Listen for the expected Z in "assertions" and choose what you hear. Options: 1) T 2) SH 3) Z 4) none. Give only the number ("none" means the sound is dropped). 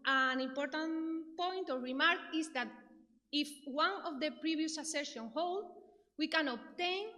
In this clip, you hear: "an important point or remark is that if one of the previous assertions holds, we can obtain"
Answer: 4